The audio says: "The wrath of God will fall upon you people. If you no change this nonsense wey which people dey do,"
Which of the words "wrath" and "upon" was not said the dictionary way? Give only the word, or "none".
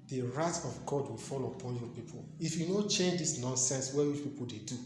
wrath